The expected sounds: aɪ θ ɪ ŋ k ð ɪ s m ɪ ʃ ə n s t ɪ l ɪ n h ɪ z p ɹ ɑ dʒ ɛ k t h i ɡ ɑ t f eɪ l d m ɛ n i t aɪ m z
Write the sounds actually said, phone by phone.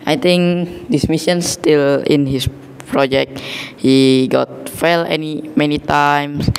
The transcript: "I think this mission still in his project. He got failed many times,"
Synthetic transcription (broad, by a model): aɪ t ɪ ŋ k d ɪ s m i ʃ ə n s t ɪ l ɪ n h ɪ s p ɹ ɑ dʒ ɛ k t h i ɡ ɑ t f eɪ l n m ɛ n i t aɪ m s